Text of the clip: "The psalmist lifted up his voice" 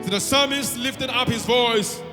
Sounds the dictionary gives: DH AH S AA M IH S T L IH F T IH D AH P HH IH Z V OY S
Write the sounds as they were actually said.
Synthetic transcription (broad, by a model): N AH S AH M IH S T L IH F T IH D AH P HH IH Z V OY S